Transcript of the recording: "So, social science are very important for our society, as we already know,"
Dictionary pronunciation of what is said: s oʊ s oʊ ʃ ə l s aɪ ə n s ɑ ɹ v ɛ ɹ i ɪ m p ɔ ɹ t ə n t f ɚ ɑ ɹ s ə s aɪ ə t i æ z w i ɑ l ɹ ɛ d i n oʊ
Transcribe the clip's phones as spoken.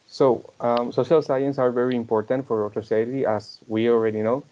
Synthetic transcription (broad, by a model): s oʊ s oʊ ʃ ə l s aɪ ə n s ɑ ɹ v ɛ ɹ i ɪ m p ɔ ɹ t ə n t f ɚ ɑ ɹ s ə s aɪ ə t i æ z w i ɑ l ɹ ɛ d i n oʊ